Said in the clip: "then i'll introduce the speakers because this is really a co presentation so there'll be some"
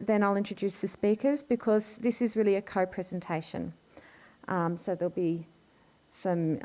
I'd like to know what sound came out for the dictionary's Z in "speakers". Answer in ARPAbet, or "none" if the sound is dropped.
Z